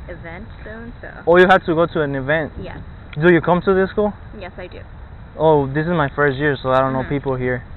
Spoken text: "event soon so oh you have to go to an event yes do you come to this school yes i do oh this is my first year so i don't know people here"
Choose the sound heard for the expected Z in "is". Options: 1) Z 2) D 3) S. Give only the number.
1